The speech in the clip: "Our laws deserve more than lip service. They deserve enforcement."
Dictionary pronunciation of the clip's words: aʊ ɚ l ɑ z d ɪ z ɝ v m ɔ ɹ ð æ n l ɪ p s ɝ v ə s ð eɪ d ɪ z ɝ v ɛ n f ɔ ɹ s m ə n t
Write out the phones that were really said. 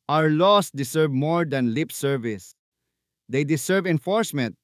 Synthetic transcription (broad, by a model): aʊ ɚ l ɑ s d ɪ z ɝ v m ɔ ɹ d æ n l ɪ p s ɝ v ə s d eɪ d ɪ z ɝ v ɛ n f ɔ ɹ s m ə n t